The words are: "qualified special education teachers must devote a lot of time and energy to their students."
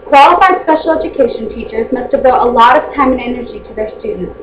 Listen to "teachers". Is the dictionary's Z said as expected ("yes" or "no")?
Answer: yes